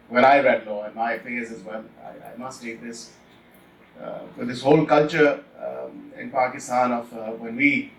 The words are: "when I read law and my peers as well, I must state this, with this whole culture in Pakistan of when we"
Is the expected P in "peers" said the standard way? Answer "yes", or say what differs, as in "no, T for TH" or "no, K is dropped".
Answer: no, F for P